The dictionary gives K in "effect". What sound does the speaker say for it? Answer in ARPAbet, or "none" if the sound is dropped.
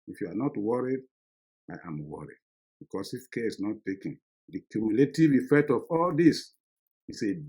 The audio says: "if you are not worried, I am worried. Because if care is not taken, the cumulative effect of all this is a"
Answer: K